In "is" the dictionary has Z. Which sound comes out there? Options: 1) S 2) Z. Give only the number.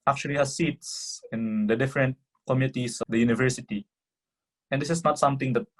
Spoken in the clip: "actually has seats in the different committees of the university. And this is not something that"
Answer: 1